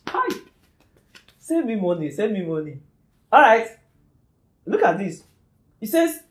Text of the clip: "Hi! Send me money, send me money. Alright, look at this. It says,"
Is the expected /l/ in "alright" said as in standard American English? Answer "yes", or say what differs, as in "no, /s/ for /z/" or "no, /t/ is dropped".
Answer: no, /l/ is dropped